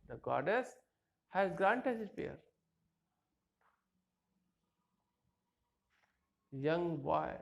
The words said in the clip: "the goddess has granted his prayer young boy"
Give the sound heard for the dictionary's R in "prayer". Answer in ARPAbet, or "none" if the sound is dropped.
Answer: none